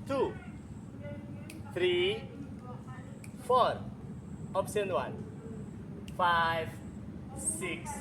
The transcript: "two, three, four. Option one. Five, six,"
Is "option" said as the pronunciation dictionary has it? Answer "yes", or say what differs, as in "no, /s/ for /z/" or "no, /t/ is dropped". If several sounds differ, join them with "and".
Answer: no, /s/ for /ʃ/